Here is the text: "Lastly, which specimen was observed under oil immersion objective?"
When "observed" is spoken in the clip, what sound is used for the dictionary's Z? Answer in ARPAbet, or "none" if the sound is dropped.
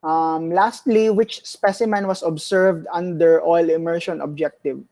S